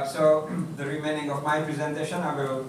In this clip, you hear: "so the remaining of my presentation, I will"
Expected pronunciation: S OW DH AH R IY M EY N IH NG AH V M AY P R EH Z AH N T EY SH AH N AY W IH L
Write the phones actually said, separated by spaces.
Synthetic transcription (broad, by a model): S OW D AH R IY M EY N IH NG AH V M AY P R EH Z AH N T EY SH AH N AY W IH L